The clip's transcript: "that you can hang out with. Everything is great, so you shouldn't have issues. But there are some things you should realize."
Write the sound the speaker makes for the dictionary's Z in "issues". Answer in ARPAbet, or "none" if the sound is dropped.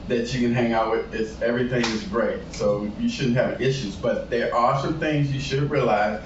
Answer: Z